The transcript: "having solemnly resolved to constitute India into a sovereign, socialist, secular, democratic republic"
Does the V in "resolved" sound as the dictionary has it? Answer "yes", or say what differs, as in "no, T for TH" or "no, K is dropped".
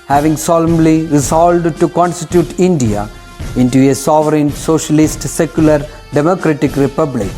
no, V is dropped